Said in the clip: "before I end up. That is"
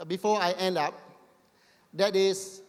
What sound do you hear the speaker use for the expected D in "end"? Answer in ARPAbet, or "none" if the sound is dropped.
D